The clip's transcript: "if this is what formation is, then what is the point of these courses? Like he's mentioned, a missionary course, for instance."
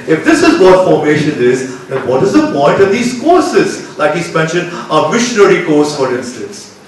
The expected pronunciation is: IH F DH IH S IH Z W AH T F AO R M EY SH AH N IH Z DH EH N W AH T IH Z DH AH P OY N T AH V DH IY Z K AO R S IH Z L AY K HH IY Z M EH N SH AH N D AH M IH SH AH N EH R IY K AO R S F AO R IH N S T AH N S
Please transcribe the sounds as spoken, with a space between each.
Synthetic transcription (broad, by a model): IH F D IH S IH Z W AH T F AO R M EY SH AH N IH Z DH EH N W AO T IH Z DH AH P OY N T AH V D IY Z K AO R S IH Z L AY K HH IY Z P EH N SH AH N AH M IH SH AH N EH R IY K AO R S F AO R IH N S T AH N S